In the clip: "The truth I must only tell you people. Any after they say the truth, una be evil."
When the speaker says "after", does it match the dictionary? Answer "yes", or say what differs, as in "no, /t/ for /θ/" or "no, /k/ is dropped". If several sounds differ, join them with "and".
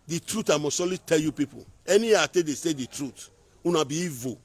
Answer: no, /f/ is dropped